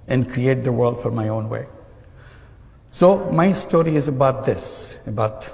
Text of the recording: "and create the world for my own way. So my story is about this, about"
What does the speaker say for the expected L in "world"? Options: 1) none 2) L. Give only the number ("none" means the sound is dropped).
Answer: 2